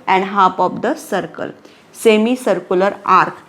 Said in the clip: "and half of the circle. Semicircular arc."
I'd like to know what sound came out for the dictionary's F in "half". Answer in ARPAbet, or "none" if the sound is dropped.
P